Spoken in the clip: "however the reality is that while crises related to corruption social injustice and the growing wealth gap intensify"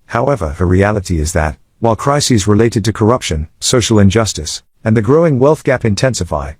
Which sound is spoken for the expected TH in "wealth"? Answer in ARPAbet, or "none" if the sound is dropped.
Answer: TH